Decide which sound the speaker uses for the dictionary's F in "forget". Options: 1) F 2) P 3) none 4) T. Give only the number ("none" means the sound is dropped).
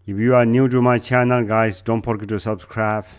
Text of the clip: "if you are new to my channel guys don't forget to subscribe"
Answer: 2